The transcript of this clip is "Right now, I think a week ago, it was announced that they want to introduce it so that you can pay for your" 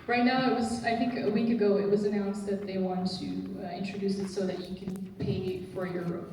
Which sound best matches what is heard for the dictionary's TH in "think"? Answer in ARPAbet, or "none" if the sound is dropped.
TH